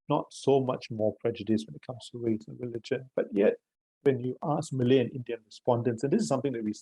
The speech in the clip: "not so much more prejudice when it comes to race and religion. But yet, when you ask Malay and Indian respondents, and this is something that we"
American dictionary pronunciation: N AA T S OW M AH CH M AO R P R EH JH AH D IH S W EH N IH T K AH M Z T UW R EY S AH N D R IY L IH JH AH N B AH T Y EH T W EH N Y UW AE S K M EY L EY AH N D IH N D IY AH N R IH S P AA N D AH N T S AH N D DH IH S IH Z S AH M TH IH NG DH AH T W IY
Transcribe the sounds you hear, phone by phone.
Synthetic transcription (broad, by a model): N AA T S OW M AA CH M AO P R EH JH AH D IH S W EH N IH T K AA M S T UW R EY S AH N R IY L IH JH AH N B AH T Y EH T W EH N Y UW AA S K M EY L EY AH N IH N D IY AH N R IH S P AA N D AH N T S AH N D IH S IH S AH M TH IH NG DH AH T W IY